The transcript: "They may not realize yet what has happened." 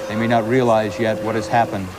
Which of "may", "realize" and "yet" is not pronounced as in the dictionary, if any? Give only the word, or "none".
none